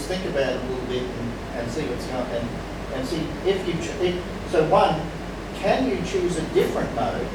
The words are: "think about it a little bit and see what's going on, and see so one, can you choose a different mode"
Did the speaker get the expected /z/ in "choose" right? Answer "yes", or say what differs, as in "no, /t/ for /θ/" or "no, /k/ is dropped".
yes